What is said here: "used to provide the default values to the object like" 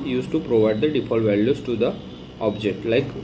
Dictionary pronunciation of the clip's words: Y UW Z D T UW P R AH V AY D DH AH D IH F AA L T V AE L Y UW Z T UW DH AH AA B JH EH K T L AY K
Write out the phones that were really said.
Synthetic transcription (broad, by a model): Y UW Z T UW P R AH V AY D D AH D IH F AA L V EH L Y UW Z T UW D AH AA B JH EH K T L AY K